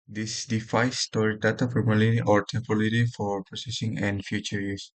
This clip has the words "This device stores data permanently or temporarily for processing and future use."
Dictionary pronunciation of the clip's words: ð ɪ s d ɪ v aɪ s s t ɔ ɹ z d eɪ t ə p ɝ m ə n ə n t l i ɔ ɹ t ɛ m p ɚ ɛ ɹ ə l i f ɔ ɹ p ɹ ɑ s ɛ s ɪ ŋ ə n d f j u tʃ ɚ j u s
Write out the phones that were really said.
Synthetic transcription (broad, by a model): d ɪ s d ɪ f aɪ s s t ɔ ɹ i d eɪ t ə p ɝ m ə l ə t i ɔ ɹ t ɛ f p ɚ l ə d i f ɔ ɹ p ɹ ɑ s ɛ s ɪ ŋ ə n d f j u tʃ ɚ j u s